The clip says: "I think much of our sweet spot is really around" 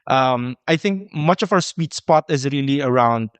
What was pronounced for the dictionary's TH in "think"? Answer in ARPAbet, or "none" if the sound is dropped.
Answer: TH